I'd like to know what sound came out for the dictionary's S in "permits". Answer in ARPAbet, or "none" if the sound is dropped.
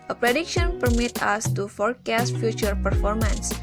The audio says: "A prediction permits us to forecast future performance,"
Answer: none